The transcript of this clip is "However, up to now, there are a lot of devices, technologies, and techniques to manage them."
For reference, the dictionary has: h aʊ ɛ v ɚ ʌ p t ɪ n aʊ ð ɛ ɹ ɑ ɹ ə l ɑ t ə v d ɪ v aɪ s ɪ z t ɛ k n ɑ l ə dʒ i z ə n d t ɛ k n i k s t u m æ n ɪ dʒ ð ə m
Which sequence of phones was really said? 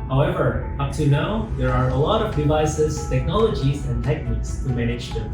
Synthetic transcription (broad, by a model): h aʊ ɛ v ɚ ʌ p t ɪ n aʊ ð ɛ ɹ ɑ ɹ ə l ɑ t ə v d ɪ v aɪ s ɪ z t ɛ k n ɑ l ə dʒ i z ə n t ɛ k n i k s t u m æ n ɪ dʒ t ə